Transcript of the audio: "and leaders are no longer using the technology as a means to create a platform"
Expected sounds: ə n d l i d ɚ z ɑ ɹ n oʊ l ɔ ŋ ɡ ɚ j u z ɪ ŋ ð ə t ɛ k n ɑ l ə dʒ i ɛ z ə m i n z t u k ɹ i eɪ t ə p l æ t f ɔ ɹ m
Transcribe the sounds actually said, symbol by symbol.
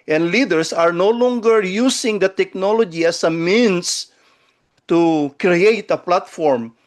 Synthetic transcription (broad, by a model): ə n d l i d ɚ s ɑ ɹ n oʊ l ɔ ŋ ɡ ɚ j u s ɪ ŋ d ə t ɛ k n ɑ l ə dʒ i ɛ s ə m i n s t u k ɹ i eɪ t ə p l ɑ t f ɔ ɹ m